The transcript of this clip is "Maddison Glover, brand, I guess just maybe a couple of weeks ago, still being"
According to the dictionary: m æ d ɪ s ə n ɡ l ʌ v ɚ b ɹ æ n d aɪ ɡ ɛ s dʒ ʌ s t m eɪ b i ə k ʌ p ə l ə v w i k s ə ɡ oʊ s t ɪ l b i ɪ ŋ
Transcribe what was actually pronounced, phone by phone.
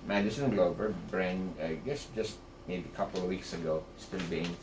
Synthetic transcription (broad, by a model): m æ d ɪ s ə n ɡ l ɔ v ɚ b ɹ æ n aɪ ɡ ɛ s dʒ ʌ s t m eɪ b i ə k ʌ p ə l ə v w i k s ə ɡ oʊ s t ɪ l b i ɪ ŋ